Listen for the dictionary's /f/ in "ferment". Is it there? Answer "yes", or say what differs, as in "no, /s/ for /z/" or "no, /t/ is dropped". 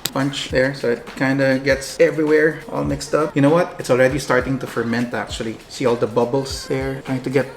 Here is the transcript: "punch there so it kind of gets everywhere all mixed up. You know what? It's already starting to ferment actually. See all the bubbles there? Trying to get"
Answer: yes